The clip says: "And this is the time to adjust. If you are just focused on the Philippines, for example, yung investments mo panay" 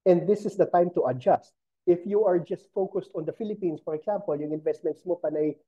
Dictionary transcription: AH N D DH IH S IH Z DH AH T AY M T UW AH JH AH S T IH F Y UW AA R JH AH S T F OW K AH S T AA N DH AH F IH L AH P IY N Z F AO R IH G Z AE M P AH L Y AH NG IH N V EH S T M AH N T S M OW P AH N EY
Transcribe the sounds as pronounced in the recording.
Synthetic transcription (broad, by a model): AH N D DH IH S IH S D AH T AY M T UW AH JH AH S T IH F Y UW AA R JH AH S T F OW K AH S T AA N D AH F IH L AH P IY N S F AO R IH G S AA M P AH L Y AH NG IH N V EH S T M AH N T S M OW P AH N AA